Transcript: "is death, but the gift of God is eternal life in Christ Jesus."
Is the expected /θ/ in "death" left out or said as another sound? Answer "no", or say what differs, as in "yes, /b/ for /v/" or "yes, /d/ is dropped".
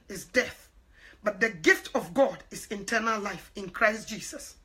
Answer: no